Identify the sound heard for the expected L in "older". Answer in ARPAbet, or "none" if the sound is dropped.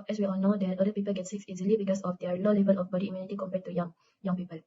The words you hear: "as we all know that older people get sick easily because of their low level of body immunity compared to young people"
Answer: none